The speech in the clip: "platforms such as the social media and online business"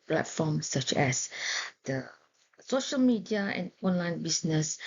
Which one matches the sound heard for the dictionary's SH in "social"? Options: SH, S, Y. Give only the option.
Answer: SH